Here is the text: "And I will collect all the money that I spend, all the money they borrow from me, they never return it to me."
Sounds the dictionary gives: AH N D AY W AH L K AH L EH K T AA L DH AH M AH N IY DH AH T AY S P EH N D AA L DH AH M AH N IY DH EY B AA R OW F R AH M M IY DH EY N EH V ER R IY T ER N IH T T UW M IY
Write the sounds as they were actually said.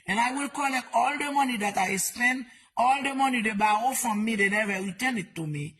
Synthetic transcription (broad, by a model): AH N AY W AH L K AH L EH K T AA L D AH M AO N IY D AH T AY S P EH N D AA L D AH M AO N IY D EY B AA OW F R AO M M IY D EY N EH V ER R IY T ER N IH T T UW M IY